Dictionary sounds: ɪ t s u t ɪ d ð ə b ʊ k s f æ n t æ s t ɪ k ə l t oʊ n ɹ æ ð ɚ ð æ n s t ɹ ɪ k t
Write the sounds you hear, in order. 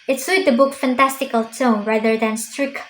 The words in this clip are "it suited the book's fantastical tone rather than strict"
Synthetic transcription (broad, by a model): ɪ t s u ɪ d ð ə b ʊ k f æ n t æ s t ɪ k ə l t oʊ n ɹ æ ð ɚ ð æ n s t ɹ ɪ k